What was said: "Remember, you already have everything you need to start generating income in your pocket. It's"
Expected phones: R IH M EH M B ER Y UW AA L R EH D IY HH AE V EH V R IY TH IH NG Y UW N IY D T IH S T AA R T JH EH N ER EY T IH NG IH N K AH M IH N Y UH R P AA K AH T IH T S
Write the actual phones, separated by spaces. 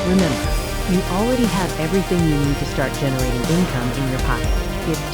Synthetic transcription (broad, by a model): R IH M EH M B ER Y AA L R EH D IY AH V EH V R IY TH IH NG Y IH N IY D T IH S T AA R T JH EH N ER EY T IH NG IH N K AH M IH N Y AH R P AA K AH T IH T